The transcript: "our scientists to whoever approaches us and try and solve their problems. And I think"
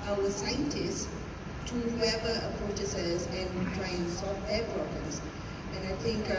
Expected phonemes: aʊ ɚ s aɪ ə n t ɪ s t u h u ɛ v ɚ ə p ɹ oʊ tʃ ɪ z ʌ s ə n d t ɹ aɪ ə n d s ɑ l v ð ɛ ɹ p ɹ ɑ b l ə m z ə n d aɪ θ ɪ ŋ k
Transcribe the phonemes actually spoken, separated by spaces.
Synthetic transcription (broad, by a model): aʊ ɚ s aɪ ə n t ɪ s t u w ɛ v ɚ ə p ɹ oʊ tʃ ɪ s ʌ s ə n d t ɹ aɪ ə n s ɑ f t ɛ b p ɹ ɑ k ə z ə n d aɪ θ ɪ ŋ k